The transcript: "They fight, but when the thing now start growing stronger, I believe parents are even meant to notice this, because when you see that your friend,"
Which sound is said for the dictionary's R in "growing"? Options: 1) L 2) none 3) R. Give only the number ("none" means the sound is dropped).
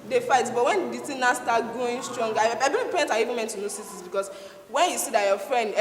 2